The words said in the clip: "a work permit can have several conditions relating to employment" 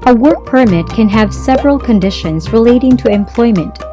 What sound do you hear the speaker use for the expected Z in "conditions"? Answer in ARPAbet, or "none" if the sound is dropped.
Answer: Z